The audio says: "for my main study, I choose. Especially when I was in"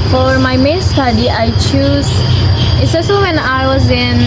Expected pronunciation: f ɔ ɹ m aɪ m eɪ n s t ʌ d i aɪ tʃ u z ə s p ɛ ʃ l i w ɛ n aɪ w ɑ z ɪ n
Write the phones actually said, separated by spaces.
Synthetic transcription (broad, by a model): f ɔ ɹ m aɪ m eɪ n s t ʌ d i aɪ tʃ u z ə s ɛ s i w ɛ n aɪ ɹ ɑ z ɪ n